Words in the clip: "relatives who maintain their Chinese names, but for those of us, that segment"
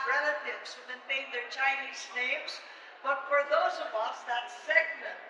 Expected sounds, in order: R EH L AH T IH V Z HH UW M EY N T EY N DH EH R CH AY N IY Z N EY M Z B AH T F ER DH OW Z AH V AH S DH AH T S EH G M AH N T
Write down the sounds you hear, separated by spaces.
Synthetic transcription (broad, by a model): R EH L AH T IH V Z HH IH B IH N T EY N DH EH R CH AY N IY Z N EY M Z B AH T F ER DH OW Z AH V AH S DH AH T S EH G M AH N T